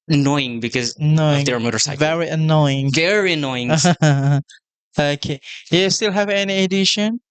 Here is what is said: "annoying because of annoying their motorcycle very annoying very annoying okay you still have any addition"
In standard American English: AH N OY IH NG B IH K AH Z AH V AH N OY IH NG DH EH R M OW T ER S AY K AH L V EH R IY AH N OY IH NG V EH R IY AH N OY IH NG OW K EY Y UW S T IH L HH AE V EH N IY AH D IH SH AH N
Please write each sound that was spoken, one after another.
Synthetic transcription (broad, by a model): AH N OY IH NG B IH K AH Z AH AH N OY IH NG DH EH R M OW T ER S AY AH V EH R IY AH N OY IH NG V EH R IY AH N OY IH NG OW K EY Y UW S T IH L HH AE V EH N IY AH D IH SH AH N